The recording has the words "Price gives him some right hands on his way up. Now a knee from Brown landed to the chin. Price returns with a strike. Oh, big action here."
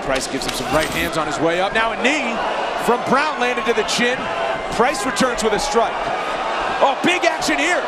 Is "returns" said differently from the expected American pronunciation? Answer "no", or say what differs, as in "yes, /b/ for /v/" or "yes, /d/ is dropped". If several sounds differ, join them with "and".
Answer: no